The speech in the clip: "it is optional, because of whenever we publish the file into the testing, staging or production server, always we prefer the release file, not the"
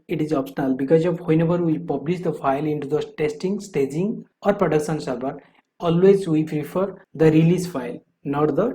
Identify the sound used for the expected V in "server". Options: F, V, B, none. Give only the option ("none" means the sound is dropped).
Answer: B